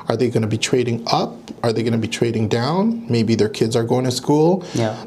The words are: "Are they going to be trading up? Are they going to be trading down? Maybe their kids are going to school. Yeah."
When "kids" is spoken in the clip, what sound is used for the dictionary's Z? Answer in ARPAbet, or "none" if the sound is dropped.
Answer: Z